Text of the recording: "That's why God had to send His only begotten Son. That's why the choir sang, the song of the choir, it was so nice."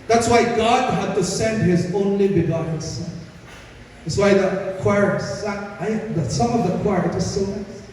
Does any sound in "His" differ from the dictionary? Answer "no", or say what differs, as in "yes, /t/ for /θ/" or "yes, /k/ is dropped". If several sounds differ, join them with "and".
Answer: no